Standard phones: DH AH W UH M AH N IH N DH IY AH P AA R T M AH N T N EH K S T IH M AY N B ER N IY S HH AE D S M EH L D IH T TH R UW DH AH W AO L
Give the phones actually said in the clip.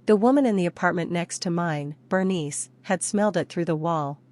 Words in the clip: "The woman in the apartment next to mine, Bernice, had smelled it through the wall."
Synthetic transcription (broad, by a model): DH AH W UH M AH N IH N DH IY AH P AA R T M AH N N EH K S T IH M AY N B ER N IY S HH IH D S M EH L D IH T TH R UW DH AH W AO L